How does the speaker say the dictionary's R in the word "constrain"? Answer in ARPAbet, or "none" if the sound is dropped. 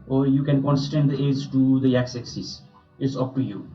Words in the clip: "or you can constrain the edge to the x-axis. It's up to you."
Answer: none